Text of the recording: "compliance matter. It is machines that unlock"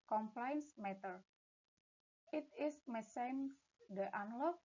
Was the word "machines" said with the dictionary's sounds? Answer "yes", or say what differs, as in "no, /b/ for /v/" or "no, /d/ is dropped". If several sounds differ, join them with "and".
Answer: no, /s/ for /ʃ/